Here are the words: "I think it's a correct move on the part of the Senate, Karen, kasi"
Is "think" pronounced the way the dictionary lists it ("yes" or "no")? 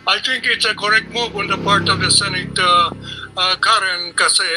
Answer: no